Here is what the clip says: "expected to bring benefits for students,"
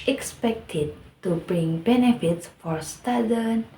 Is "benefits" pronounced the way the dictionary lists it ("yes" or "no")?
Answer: yes